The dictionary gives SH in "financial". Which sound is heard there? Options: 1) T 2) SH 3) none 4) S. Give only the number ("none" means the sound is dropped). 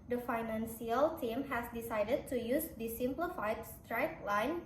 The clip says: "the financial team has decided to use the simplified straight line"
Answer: 4